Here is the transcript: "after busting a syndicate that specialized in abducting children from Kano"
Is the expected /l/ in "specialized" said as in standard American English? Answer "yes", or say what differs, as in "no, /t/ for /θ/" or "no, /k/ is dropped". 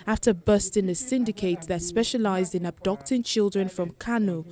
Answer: yes